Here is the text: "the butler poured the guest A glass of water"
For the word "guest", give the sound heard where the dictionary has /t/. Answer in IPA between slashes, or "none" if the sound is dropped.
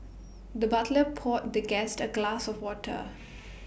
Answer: /t/